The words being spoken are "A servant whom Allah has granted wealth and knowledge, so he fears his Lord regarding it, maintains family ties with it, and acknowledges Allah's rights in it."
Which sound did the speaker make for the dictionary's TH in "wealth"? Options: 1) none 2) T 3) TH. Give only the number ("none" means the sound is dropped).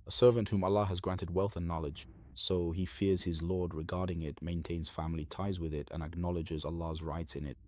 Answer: 3